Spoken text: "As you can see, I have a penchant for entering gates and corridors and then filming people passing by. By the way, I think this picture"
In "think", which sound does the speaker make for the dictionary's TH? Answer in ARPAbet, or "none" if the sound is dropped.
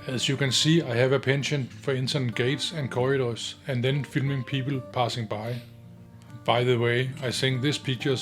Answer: S